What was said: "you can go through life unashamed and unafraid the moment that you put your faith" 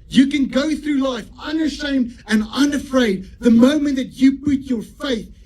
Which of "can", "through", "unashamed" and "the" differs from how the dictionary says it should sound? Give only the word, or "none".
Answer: none